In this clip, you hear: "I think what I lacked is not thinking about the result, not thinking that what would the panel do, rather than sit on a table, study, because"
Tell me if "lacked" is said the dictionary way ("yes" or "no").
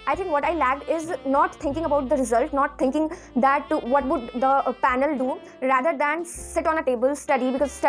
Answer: no